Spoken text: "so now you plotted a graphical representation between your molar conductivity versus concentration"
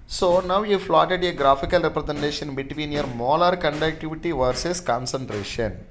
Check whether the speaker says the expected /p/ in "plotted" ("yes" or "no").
no